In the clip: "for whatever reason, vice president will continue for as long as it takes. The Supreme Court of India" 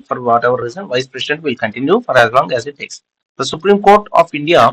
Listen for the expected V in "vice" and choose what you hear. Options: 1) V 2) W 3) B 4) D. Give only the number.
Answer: 1